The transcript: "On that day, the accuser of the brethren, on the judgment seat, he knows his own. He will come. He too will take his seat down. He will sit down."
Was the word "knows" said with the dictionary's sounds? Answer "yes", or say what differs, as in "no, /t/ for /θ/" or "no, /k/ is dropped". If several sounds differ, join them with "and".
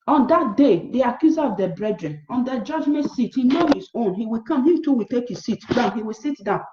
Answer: no, /z/ is dropped